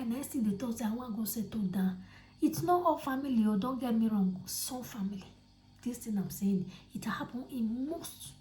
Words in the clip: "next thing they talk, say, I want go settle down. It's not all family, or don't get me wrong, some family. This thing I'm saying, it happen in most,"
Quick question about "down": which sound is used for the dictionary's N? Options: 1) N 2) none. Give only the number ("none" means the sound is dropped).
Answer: 2